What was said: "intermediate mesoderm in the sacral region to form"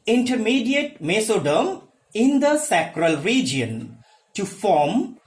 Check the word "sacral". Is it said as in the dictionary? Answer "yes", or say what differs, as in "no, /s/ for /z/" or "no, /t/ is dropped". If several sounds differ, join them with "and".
yes